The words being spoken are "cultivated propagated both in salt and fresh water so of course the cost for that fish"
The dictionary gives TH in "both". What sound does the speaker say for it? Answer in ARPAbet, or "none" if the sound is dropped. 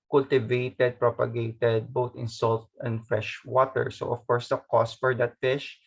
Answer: T